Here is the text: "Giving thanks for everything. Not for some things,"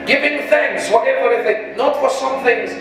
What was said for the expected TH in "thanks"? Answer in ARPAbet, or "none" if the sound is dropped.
TH